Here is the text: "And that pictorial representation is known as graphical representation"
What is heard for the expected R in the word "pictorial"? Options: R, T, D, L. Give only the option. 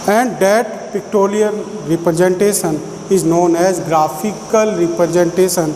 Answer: L